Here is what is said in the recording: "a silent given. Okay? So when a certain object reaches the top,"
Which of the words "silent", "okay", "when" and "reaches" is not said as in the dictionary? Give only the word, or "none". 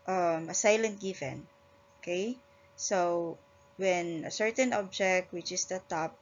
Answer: reaches